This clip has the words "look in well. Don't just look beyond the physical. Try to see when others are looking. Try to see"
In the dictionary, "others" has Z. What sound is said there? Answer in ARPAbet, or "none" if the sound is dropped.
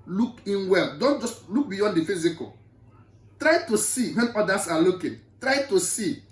S